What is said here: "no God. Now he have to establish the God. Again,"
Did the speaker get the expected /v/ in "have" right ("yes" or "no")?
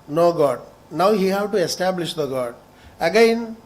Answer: no